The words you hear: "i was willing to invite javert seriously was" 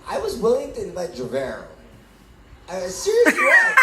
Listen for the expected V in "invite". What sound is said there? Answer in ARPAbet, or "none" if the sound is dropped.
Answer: B